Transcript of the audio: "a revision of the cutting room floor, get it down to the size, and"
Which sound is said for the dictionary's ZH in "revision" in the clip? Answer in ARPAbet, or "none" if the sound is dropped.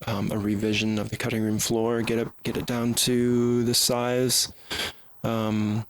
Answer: ZH